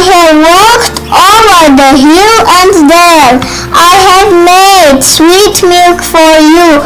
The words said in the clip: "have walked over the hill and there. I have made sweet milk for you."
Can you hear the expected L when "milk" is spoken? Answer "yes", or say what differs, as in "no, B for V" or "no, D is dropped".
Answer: yes